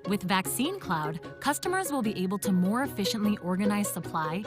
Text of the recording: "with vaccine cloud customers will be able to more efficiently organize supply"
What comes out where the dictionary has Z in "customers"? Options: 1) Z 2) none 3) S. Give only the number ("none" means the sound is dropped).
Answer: 1